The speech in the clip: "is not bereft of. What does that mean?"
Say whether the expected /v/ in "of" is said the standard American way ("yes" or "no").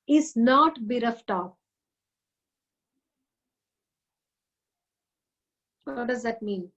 no